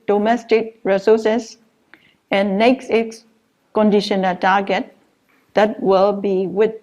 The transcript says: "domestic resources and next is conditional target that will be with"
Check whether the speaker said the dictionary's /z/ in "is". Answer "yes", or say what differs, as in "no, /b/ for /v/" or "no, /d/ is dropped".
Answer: no, /s/ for /z/